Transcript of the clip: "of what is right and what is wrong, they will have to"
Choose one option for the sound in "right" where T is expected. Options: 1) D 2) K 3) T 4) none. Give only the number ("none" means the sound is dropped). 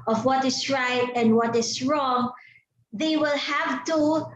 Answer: 3